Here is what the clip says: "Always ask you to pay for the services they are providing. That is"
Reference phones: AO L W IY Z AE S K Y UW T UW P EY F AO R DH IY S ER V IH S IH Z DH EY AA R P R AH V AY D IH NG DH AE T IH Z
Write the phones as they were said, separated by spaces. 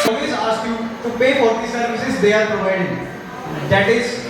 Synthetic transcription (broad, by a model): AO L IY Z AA S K Y UW T UW P EY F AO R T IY S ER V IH S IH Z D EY AA R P R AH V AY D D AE T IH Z